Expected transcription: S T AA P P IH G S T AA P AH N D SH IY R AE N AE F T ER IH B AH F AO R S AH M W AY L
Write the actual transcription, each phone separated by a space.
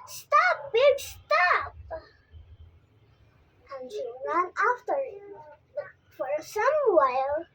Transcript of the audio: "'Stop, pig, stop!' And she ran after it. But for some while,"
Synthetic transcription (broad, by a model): S T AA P B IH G S T AA P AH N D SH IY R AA N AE F T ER IH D F AO R S AH M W AY L